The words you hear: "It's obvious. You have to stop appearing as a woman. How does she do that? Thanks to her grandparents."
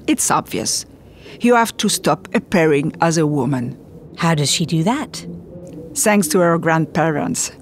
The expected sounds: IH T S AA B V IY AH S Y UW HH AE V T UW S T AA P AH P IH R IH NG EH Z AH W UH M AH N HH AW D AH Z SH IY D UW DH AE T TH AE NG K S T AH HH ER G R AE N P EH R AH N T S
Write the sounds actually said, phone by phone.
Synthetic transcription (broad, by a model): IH T S AA B V IY AH S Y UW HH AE F T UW S T AA P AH P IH R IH NG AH Z AH W UH M AH N HH AW D AH Z SH IY D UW DH AE T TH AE NG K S T AH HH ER G R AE N P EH R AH N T S